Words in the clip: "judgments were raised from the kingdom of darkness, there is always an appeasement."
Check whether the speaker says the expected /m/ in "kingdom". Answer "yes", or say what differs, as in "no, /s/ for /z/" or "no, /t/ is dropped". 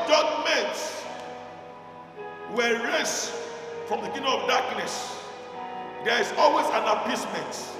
no, /m/ is dropped